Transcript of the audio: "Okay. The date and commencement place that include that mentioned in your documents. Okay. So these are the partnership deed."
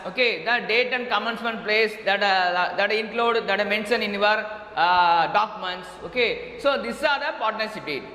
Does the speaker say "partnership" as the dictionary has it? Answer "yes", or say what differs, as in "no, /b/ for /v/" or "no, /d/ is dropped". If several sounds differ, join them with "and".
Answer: no, /s/ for /ʃ/